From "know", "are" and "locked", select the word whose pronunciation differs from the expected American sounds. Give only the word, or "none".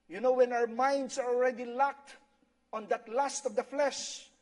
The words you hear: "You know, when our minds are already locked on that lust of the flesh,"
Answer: none